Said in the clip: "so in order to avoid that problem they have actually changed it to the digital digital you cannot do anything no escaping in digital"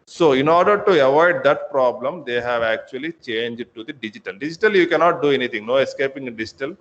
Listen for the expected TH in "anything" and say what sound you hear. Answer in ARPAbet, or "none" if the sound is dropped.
T